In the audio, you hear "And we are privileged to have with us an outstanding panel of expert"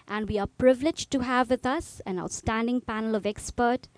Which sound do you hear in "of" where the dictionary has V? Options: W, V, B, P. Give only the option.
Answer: V